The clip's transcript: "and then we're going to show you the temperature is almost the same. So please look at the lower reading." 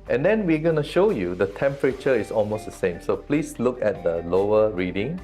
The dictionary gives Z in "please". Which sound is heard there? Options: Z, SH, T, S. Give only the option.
S